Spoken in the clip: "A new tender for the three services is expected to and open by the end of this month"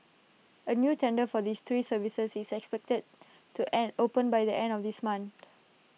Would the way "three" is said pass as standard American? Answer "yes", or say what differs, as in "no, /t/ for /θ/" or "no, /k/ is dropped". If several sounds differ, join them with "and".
no, /s/ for /θ/